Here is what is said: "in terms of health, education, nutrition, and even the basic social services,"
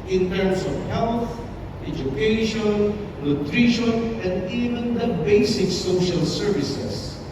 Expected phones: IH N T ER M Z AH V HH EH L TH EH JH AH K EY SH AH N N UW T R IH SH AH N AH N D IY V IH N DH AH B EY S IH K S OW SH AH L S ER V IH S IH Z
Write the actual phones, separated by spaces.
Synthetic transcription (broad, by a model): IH N T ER M S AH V HH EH L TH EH JH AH K EY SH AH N N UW T R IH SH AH N AH N D IY V IH N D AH B EY S IH K S OW SH AH L S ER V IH S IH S